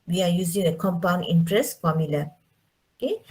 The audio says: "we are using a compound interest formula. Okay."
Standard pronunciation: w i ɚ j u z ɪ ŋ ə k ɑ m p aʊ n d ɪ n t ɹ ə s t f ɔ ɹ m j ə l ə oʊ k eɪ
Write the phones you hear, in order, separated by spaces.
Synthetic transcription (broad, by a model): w i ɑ j u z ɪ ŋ ə k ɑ m p aʊ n ɪ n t ɹ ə s f ɔ m j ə l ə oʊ k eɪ